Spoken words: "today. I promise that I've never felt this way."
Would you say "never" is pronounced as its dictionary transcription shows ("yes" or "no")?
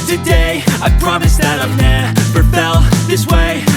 no